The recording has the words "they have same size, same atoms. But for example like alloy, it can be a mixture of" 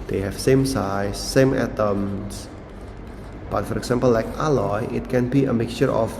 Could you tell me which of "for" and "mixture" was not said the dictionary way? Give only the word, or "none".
none